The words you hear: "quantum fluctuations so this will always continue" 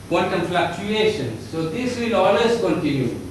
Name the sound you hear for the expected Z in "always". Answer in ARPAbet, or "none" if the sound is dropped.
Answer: S